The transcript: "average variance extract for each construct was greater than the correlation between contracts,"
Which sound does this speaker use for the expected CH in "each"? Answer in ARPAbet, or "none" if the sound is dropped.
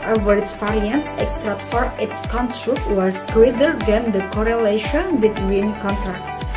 S